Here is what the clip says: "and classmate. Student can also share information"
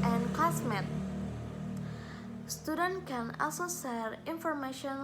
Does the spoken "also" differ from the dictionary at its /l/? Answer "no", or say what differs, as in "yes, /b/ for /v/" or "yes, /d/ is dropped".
yes, /l/ is dropped